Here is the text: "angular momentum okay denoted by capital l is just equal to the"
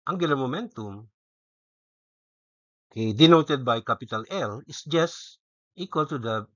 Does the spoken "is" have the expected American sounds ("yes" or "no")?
no